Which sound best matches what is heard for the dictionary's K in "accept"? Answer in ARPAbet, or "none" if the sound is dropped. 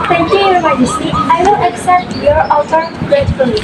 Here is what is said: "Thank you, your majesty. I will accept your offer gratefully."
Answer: K